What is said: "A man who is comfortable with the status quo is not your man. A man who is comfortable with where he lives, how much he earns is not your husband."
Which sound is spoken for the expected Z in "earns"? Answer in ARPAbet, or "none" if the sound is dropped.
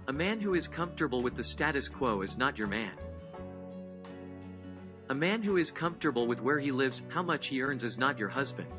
Z